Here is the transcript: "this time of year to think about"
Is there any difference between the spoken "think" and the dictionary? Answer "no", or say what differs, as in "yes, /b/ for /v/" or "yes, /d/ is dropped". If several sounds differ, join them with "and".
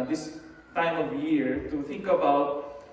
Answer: yes, /t/ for /θ/